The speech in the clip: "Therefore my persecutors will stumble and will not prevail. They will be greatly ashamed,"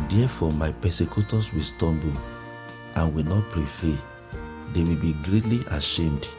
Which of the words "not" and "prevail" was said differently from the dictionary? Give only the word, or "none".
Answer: prevail